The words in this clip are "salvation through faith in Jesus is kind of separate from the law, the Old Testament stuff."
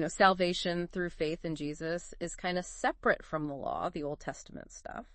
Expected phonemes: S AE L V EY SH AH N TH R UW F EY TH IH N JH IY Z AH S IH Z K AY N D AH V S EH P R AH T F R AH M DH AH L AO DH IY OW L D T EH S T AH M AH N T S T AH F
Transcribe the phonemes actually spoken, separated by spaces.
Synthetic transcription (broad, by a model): S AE L V EY SH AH N TH R UW F EY TH IH N JH IY Z AH S IH Z K AY N D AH S EH P R AH T F R AH M DH AH L AO DH IY OW L D T EH S T AH M AH N T S T AH F